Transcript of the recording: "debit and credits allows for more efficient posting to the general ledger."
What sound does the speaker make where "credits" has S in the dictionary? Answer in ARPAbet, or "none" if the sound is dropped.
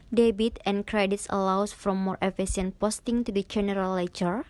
S